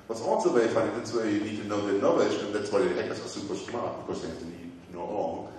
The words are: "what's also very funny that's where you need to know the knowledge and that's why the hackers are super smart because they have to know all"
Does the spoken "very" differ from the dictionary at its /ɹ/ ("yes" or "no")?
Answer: yes